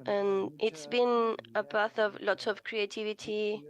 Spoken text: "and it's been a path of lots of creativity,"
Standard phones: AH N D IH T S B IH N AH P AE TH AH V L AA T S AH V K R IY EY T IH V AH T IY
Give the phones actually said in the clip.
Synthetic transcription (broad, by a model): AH N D IH T S B IH N AH B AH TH AH V L AA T AH V K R IY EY T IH V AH T IY